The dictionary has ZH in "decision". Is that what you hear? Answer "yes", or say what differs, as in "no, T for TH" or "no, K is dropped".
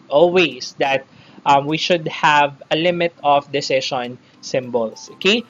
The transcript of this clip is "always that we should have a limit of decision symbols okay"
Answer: no, SH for ZH